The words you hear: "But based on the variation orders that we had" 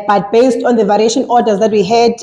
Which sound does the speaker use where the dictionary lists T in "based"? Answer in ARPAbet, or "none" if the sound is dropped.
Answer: T